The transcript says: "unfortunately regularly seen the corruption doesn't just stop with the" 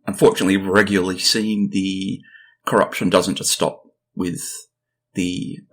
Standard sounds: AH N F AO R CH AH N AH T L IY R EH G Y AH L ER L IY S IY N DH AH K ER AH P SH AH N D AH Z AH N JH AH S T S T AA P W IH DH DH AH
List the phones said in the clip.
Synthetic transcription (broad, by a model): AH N F AO R CH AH N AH T L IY R EH G Y L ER L IY S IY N DH AH K ER AH P SH AH N D AH Z AH N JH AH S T S T AA P W IH DH DH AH